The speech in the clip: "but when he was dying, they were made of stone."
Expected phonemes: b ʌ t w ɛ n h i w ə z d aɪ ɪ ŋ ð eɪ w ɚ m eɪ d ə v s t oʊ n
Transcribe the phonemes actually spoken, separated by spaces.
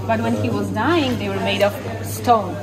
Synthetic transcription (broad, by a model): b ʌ t w ɛ n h i w ə z d aɪ ɪ ŋ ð eɪ w ɚ m eɪ d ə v s t oʊ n